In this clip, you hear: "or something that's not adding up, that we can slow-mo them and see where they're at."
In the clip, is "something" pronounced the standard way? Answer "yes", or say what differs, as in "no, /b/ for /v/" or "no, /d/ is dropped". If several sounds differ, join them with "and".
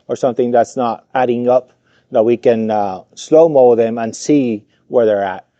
yes